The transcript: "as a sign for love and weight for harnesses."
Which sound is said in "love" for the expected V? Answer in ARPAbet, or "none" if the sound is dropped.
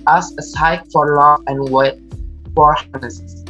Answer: none